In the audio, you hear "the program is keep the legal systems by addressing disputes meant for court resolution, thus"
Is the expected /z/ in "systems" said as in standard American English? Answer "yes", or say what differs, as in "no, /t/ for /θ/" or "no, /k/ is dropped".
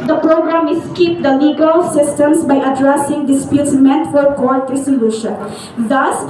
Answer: no, /s/ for /z/